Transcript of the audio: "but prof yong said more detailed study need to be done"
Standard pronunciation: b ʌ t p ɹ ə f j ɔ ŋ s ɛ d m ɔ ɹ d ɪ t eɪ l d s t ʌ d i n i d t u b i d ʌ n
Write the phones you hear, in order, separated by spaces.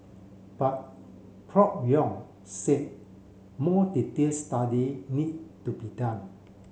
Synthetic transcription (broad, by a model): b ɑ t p ɹ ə p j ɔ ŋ s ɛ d m ɔ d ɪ t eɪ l s t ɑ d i n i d t u b i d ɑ n